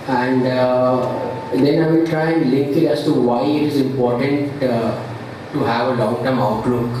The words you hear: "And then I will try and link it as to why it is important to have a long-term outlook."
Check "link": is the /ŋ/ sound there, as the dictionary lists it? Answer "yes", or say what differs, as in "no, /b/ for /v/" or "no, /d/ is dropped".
no, /ŋ/ is dropped